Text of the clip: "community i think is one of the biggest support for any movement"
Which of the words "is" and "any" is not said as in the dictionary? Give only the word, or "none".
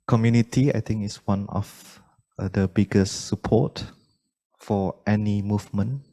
is